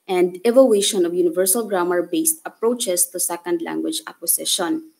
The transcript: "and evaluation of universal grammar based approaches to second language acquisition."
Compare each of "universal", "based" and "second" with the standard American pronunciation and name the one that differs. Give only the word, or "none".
none